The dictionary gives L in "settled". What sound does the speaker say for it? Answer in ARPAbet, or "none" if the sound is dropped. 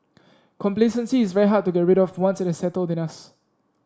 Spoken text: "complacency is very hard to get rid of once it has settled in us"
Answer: L